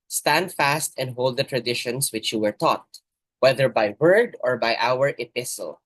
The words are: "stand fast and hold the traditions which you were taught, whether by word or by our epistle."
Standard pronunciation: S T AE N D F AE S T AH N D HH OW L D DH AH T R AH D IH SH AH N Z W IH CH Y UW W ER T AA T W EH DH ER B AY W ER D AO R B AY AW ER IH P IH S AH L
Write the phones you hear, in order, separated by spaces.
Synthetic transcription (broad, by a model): S T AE N D F AE S T AH N D HH OW L D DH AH T R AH D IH SH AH N S W IH CH Y UW W ER T AA T W EH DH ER B AY W ER D AO R B AY AW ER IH P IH S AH L